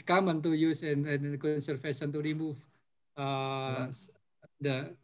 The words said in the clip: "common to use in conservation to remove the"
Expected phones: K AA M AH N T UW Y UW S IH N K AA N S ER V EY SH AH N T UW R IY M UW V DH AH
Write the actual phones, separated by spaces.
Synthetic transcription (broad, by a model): K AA M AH N T UW Y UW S IH N K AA N S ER F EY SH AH N T UW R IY M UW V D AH